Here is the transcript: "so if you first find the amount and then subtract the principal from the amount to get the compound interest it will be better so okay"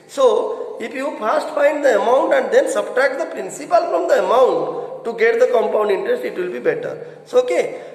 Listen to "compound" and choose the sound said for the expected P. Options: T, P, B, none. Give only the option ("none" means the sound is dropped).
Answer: P